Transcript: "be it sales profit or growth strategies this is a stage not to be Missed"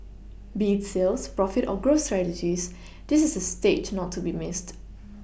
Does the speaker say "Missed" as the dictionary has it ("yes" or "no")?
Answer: yes